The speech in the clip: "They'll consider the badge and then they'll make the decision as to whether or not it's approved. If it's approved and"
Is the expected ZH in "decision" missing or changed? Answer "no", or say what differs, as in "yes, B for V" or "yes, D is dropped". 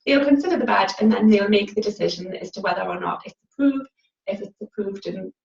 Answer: no